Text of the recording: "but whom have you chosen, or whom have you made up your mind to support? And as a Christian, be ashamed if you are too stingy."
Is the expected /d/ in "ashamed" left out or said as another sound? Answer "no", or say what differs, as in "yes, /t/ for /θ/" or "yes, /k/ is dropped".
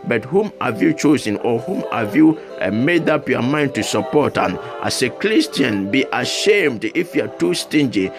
no